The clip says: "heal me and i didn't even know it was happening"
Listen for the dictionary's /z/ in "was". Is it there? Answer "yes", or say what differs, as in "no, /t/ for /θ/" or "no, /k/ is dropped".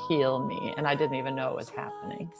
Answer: no, /s/ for /z/